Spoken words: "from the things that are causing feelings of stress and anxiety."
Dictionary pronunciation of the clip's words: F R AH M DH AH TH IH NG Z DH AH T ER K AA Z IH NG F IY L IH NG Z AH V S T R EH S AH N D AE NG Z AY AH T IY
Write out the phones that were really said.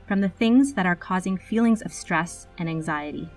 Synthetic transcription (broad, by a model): F R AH M DH AH TH IH NG Z DH AH T ER K AA Z IH NG F IY L IH NG Z AH V S T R EH S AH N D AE NG Z AY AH T IY